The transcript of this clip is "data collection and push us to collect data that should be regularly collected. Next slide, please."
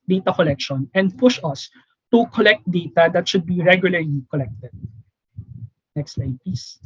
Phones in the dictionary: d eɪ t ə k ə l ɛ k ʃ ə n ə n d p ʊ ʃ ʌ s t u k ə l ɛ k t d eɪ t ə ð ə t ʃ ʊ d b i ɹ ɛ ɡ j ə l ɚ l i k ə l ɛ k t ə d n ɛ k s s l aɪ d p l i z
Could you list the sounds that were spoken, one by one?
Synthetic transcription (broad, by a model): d eɪ t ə k ə l ɛ k ʃ ə n ə n d p ʊ ʃ ʌ s t u k ə l ɛ k t d eɪ t ə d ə t ʃ ʊ d b i ɹ ɛ ɡ j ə l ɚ l i k ə l ɛ k t ə d n ɛ k s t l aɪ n p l i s